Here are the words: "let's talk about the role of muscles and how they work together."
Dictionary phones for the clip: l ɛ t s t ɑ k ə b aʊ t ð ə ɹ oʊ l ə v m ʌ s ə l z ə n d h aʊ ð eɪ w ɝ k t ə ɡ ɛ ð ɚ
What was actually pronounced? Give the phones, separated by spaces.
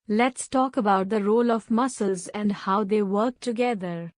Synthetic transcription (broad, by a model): l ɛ t s t ɑ k ə b aʊ t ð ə ɹ oʊ l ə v m ʌ s ə l z ə n d h aʊ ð eɪ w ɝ k t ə ɡ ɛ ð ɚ